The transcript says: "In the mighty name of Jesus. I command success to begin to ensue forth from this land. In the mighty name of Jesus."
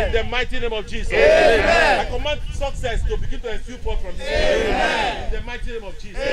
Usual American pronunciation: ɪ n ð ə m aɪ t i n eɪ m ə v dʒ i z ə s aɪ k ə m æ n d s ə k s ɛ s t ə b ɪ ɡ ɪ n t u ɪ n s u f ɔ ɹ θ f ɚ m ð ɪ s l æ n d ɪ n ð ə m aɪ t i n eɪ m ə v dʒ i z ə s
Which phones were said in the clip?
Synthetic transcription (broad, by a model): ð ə m aɪ t i n eɪ m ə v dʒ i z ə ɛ aɪ k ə m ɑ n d s ə k s ɛ s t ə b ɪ ɡ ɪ n t u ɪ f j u p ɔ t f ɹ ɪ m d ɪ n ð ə m aɪ t i n eɪ m ə v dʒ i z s